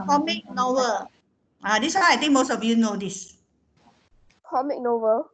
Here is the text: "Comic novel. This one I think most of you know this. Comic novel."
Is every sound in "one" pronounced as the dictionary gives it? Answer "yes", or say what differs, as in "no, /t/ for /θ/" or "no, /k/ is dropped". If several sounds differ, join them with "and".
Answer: no, /n/ is dropped